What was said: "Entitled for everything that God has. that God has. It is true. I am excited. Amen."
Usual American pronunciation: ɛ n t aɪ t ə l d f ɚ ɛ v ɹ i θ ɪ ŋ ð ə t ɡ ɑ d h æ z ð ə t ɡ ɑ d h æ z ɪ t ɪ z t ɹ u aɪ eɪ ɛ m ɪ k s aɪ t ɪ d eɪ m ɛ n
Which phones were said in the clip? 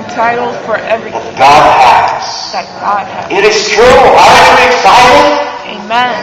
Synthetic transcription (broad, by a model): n t aɪ t l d f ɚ ɛ v ɹ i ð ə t ɡ ɑ d h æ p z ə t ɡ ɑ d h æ ɪ t ɪ z t ɹ u aɪ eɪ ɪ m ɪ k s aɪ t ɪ eɪ m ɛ n